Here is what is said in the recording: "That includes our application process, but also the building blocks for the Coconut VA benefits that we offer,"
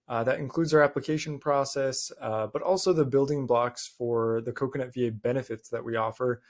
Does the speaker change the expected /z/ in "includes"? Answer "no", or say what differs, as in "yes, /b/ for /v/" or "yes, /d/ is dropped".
no